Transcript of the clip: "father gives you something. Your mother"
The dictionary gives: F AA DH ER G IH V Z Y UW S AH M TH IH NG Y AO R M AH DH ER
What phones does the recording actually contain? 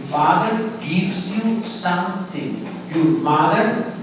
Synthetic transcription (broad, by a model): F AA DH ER G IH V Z Y UW S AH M T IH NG Y AO R M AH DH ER